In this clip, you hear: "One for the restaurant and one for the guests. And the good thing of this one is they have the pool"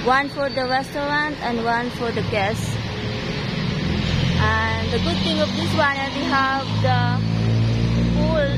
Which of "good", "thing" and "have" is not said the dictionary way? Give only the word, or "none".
thing